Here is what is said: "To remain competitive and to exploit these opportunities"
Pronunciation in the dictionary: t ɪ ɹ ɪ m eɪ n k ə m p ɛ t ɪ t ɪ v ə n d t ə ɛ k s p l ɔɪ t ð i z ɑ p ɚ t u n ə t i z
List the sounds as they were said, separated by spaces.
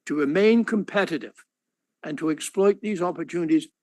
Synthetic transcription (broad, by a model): t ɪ ɹ ɪ m eɪ n k ə m p ɛ t ɪ t ɪ v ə n t ə ɛ k s p l ɔɪ t ð i z ɑ p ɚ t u n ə t i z